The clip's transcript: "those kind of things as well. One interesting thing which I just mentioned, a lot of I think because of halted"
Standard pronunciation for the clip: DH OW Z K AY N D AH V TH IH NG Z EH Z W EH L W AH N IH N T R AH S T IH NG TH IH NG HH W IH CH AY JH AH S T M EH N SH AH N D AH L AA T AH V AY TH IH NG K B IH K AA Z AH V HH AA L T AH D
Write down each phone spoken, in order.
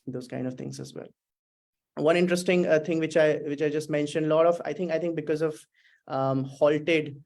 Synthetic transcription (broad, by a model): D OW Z K AY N D AH V T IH NG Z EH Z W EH L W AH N IH N T R AH S T IH NG T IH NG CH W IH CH AY JH AH S T M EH N SH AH N D AH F AA T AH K AY T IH NG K B IH K AA Z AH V HH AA L T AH D